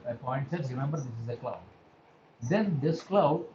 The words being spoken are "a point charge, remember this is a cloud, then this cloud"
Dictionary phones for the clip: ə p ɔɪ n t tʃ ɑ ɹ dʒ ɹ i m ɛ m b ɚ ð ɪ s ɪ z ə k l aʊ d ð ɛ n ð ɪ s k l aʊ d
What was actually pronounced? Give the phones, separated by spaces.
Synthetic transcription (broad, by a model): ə p ɔɪ n t s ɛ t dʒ ɹ i m ɛ m b ɚ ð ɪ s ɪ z ə k l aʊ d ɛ n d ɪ s k l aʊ